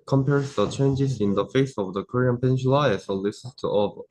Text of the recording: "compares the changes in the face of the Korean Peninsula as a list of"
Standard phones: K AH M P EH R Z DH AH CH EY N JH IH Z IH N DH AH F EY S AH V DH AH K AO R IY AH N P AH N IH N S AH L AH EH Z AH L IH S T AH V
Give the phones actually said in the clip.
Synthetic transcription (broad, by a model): K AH M P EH R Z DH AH CH EY N JH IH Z IH N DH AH F EY S AH V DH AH K AO R IY AH N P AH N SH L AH AH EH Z AH L IH S T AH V